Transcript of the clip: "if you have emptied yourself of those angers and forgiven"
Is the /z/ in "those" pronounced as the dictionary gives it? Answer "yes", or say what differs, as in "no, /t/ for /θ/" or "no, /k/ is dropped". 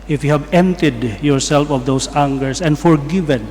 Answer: no, /s/ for /z/